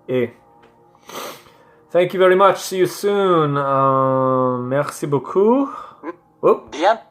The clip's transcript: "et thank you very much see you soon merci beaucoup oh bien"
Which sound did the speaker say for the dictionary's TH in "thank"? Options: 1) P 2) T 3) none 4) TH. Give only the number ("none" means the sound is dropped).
4